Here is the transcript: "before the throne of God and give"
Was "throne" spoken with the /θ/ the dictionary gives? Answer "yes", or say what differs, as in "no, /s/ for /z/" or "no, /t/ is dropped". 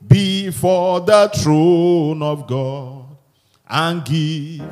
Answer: no, /t/ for /θ/